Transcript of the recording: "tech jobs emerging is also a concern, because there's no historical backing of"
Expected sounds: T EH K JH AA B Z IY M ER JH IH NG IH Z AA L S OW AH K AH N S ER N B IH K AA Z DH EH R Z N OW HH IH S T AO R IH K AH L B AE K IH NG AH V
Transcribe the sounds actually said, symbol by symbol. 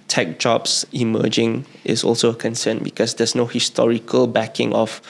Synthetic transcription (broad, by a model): T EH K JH AA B S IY M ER JH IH NG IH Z AA L S OW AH K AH N S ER N B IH K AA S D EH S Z N OW HH IH S T AO R IH K AH L B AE K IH NG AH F